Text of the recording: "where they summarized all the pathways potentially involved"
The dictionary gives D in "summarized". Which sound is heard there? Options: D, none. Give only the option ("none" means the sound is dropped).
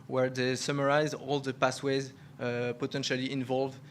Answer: none